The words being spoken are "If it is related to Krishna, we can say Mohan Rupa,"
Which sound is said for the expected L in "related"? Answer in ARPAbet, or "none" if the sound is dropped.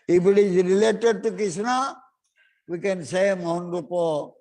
L